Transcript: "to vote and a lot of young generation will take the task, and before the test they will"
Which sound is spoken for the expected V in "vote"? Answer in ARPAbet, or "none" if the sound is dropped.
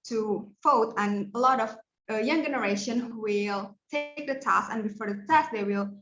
F